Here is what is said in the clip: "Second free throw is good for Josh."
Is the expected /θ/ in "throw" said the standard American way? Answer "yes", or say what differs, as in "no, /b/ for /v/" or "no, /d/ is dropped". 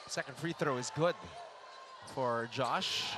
yes